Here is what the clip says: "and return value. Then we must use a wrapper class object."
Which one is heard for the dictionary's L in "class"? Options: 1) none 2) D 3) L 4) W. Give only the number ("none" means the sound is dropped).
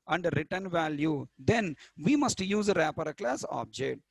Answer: 3